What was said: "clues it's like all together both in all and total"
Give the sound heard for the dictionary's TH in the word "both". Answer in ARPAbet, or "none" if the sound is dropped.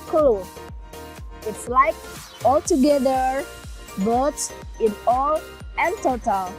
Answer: S